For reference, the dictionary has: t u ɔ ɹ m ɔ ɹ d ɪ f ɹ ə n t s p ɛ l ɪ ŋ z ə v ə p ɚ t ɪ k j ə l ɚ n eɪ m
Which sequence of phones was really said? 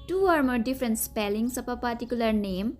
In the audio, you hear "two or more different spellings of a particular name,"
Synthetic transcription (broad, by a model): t u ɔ ɹ m ɔ ɹ d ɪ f ɹ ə n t s p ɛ l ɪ ŋ s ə p ə p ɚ t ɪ k j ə l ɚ n eɪ m